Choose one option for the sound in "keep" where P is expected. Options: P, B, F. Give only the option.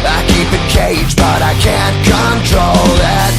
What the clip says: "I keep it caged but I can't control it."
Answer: P